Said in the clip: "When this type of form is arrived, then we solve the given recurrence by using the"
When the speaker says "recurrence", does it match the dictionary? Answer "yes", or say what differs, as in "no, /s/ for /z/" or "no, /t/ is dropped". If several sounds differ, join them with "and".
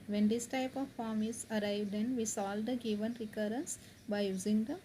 yes